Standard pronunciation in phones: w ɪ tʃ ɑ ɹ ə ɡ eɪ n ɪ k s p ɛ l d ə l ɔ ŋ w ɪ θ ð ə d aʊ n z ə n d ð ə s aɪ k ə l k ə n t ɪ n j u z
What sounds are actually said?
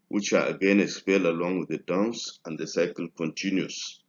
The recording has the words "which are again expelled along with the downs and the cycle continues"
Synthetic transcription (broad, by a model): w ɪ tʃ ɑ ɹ ə ɡ eɪ n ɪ s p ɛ l ə l ɔ ŋ w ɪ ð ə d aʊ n s ə n d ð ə s aɪ k ə l k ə n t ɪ n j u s